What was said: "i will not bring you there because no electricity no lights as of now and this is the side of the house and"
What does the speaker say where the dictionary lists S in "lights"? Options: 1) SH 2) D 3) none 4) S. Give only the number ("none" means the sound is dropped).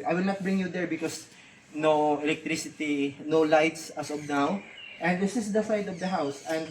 4